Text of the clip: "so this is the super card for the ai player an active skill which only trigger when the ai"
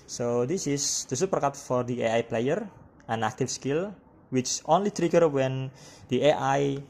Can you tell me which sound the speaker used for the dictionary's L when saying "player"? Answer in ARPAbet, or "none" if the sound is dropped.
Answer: L